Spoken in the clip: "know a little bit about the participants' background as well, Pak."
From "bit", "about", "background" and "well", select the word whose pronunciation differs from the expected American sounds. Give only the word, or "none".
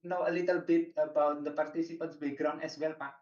background